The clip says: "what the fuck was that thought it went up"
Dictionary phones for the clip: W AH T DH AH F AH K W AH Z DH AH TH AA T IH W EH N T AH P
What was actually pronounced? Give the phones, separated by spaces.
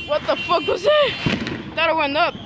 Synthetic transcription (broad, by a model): W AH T DH AH F AH K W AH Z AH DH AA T IH W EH N AH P